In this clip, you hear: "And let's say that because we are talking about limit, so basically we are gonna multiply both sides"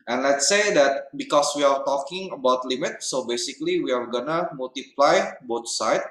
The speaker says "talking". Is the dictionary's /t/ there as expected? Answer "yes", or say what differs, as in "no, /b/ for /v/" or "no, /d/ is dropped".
yes